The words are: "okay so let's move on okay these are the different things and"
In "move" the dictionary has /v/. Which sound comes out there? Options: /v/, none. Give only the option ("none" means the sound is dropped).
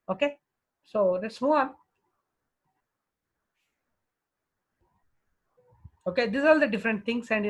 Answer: none